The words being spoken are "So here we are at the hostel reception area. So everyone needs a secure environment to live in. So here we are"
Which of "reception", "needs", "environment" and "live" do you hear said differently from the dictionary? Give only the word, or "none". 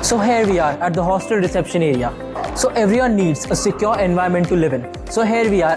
environment